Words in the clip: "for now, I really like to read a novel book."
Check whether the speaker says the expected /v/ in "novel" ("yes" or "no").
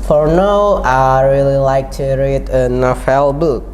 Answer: no